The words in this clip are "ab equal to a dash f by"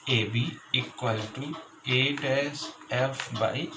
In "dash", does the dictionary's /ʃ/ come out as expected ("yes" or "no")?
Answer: no